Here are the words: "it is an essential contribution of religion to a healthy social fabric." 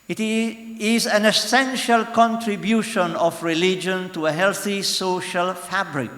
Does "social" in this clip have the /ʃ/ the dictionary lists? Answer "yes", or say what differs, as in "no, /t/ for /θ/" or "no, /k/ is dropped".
yes